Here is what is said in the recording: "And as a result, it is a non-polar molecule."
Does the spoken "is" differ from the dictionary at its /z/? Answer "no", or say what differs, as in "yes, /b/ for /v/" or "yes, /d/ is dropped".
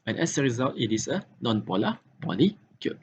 yes, /s/ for /z/